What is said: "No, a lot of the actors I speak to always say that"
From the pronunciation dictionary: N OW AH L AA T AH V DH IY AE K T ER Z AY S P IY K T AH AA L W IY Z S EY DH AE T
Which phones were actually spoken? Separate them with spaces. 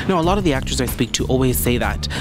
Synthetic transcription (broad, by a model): N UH AH L AA T AH V DH IY AE K T ER Z AY S P IY K T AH AA L W IY Z S EY DH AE T